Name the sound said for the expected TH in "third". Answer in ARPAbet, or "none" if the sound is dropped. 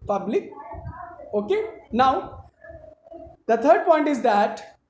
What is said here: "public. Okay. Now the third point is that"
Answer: T